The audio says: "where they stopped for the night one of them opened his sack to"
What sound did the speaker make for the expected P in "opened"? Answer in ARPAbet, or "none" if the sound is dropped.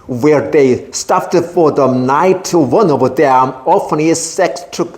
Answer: F